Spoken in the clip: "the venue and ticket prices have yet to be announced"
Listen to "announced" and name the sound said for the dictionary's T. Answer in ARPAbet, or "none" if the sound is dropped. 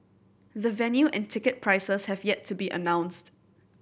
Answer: T